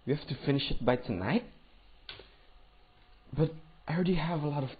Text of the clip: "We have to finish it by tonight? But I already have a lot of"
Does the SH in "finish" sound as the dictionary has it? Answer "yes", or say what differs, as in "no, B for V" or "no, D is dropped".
yes